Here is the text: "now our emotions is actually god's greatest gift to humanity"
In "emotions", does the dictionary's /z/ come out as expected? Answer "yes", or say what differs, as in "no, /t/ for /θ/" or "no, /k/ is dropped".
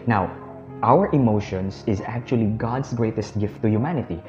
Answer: no, /s/ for /z/